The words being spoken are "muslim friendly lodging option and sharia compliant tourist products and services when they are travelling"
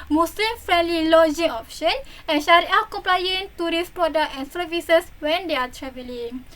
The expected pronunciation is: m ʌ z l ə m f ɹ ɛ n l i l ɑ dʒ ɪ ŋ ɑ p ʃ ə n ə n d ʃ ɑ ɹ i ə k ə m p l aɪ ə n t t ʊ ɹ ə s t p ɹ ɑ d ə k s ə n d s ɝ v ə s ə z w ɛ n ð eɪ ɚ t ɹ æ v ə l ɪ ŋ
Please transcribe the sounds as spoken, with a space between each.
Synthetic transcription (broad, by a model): m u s l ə m f ɹ ɛ n l i l ɑ dʒ ɪ ŋ ɑ p ʃ ə n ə n ʃ ɑ ɹ i ə k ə m p l aɪ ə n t t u ɹ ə s p ɹ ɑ d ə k ə n s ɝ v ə s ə s w ɛ n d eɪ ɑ t ɹ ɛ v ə l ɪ ŋ